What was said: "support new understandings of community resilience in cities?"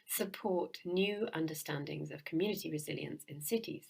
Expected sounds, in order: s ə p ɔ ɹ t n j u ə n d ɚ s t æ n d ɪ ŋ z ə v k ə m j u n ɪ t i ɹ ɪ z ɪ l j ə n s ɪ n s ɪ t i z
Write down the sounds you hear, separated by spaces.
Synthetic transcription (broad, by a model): s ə p ɔ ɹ t n j u ə n d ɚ s t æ n d ɪ ŋ z ə v k ə m j u n ɪ t i ɹ ɪ z ɪ l j ə n s ɪ n s ɪ t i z